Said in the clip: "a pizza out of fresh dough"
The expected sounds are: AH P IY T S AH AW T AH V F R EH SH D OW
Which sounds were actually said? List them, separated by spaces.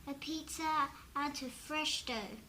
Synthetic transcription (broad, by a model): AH P IY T AH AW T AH F R EH SH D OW